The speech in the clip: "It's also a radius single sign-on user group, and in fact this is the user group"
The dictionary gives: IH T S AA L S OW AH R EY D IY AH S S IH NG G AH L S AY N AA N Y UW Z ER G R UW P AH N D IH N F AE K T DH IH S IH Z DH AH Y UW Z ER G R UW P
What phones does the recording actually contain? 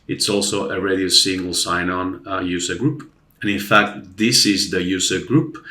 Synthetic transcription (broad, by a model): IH T S AA L S OW AH R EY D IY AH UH S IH NG G L S AY N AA N Y UW Z ER G R UW P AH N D IH N F AE K T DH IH S IH Z DH AH Y UW Z ER G R UW P